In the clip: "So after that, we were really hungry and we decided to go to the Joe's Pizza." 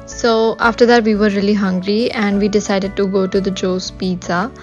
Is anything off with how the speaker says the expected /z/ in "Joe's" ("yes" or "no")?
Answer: yes